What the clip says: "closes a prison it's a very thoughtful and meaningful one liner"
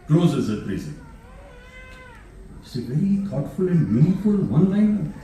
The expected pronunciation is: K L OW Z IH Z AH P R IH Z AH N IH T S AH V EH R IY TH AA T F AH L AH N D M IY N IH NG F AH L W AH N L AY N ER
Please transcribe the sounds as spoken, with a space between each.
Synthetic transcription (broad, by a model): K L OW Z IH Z AH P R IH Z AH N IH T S AH V EH R IY T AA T F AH L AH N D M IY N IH F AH L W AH N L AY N